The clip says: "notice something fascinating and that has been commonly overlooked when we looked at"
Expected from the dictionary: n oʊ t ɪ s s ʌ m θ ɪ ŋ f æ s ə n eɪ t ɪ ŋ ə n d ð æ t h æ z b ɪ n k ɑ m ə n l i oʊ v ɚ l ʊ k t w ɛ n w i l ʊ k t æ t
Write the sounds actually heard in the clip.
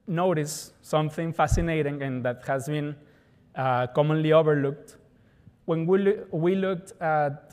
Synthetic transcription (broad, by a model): n oʊ t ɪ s s ʌ m θ ɪ ŋ f æ s ə n eɪ t ɪ ŋ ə n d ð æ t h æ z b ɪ n k ɑ m ə n l i oʊ v ɚ l ʊ k t w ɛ n w i l ʊ k t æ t